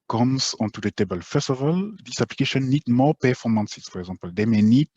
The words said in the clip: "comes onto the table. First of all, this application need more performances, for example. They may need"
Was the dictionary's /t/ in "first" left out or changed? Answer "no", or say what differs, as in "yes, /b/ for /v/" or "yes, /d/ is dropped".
yes, /t/ is dropped